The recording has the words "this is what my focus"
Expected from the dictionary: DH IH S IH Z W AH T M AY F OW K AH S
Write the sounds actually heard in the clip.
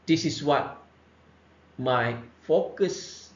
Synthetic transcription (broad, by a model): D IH S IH S W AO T M AY F OW K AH S